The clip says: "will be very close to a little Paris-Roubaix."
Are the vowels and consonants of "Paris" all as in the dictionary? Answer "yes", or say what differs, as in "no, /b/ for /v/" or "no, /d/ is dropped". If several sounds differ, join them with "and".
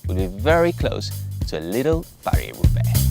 no, /s/ is dropped